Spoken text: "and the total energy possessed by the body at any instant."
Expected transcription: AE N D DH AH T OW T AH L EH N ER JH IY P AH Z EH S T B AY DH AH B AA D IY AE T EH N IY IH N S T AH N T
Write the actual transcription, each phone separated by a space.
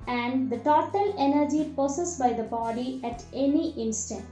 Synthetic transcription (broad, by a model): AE N D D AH T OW T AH L EH N ER JH IY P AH S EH S B AY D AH B AA D IY AE T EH N IY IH N S T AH N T